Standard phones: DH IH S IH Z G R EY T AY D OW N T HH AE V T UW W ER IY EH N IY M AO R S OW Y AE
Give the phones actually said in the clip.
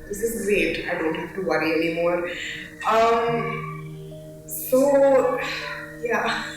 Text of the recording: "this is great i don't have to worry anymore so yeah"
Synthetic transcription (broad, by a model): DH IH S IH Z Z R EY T AY D OW N T HH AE F T UW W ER IY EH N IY M AO R S OW Y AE